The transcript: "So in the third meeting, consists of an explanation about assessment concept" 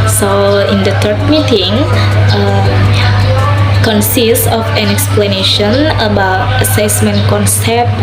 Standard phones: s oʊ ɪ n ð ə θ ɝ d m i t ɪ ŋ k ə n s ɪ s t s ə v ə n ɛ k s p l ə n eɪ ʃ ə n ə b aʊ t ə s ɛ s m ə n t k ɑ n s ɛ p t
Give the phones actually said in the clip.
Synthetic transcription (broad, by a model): s oʊ ɪ n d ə t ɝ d m i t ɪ ŋ k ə n s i s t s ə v ə n ɛ k s p l ə n eɪ ʃ ə n ə b aʊ t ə s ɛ s m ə n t k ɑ n s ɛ p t